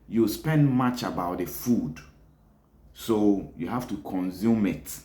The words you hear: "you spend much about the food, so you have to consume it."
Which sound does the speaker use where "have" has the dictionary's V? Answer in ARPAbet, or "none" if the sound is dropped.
F